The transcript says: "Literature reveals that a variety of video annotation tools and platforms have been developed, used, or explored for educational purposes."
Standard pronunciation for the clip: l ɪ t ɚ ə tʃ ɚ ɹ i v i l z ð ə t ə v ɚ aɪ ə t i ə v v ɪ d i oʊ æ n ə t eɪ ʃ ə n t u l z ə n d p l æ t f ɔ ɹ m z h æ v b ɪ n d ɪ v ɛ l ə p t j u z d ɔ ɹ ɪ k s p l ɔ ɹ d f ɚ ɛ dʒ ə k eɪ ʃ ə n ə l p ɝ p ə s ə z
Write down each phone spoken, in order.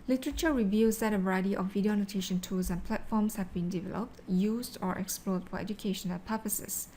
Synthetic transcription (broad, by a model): l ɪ t ɚ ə tʃ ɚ ɹ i v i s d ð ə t ə b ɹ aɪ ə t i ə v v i d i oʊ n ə t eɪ ʃ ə n t u l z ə n p l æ t f ɔ m s h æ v b ɪ n d ɪ v ɛ l ə p t j u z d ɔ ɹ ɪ k s p l ɔ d f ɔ ɛ dʒ ə k eɪ ʃ ə n ə l p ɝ p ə s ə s